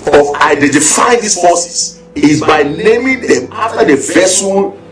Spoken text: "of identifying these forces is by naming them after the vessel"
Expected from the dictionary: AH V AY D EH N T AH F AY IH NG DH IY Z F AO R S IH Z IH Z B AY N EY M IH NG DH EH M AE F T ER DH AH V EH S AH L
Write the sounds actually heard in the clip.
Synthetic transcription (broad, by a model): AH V AY D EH N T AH F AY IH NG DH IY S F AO S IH S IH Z B AY N EY M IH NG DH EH M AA F T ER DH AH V EH S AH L